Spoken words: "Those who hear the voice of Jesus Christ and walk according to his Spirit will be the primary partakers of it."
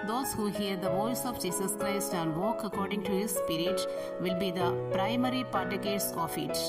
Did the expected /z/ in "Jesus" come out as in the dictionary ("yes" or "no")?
no